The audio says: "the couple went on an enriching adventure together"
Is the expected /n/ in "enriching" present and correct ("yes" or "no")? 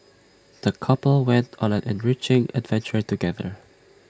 yes